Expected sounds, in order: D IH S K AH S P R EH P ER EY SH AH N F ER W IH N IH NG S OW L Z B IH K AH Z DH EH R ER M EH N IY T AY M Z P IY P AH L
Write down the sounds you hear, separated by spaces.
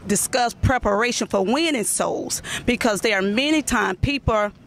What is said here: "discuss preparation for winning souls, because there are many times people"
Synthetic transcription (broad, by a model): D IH S K AH S P R EH P ER EY SH AH N F ER W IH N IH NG S OW L Z B IH K AH Z DH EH R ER M EH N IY T AY M P IY P L